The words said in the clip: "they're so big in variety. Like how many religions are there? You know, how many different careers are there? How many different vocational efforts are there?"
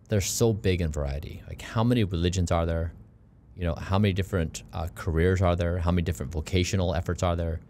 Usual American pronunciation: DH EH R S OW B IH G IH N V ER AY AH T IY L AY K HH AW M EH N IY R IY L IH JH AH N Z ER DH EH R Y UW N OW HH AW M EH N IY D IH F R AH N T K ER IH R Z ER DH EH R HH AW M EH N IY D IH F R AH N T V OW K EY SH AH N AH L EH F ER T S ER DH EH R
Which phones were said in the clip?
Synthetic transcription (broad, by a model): DH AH R S OW B IH G IH N V ER AY AH T IY L AY K HH AW M EH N IY R IY L IH JH AH N Z ER DH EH R Y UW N OW HH AW M EH N IY D IH F R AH N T K ER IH R Z ER DH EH R HH AW M EH N IY D IH F R AH N T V OW K EY SH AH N L EH F ER T S ER DH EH R